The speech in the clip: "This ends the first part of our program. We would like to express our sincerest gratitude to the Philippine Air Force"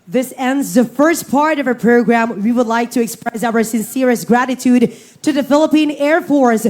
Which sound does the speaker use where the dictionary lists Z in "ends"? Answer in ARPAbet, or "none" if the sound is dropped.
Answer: Z